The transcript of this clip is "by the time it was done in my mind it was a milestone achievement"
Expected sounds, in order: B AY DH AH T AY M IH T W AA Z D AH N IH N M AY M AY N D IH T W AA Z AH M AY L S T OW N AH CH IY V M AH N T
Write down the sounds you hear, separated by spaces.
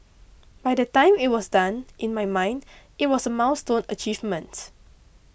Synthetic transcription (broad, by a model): B AY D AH T AY M IH T W AA S D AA N IH N M AY M AY N D IH T W AA S AH M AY W S T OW N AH CH IY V M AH N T